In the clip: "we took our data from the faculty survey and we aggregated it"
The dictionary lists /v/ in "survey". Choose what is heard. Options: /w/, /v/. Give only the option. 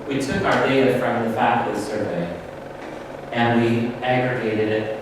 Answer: /v/